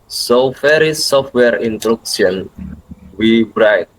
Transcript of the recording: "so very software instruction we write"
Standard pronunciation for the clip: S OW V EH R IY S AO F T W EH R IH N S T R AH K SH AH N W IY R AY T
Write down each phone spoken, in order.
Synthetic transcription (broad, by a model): S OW F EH R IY S AO F T W EH R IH N T R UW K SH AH N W IY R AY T